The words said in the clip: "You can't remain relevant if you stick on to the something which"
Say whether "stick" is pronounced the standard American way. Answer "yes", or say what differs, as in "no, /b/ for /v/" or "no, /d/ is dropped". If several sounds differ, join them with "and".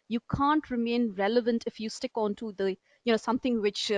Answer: yes